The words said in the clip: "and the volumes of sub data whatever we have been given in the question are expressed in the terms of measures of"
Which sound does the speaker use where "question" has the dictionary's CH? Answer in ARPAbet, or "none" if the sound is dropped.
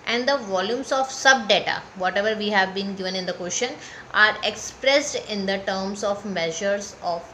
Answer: SH